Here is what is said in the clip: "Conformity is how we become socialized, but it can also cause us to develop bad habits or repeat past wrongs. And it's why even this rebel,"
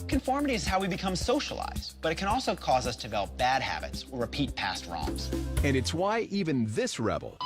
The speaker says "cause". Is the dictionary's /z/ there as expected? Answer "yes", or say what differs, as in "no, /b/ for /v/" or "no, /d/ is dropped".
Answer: yes